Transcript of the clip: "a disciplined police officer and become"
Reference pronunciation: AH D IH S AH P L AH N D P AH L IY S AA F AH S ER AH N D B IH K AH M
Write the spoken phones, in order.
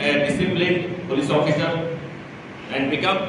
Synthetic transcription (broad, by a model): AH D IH S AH B L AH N P AH L IY S AA F AH S ER AH N D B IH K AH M